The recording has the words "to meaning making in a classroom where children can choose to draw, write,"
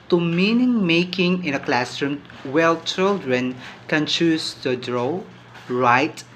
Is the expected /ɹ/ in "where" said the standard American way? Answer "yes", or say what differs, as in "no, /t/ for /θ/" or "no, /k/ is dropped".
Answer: no, /l/ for /ɹ/